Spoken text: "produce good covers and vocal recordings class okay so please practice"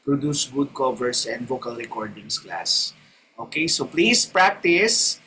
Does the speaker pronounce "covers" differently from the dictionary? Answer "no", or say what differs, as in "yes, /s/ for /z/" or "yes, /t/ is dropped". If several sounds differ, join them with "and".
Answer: yes, /s/ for /z/